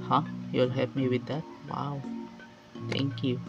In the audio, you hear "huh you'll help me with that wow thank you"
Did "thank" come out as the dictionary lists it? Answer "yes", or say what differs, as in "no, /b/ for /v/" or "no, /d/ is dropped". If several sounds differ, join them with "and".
no, /t/ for /θ/